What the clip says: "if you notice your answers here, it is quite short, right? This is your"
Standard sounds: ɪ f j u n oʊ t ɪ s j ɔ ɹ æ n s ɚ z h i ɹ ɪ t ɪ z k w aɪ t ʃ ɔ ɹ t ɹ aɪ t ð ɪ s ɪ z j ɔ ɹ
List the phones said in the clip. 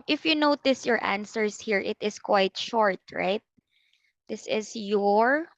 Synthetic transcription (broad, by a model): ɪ f j u n oʊ t ɪ s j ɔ ɹ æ n s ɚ s h i ɹ ɪ t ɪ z k w aɪ t ʃ ɔ ɹ t ɹ aɪ t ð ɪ s ɪ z j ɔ ɹ